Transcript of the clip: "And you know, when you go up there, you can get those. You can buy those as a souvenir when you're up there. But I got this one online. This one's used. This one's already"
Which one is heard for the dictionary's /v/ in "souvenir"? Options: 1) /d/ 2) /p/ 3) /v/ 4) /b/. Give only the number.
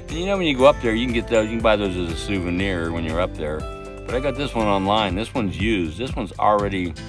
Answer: 3